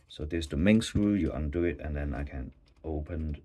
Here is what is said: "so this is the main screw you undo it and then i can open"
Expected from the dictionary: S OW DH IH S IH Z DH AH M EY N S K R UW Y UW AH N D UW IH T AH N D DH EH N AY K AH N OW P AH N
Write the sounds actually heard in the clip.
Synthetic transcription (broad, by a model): S OW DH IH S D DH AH M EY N S R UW Y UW AH N D UW IH T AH N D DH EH N AY K AH N OW P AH N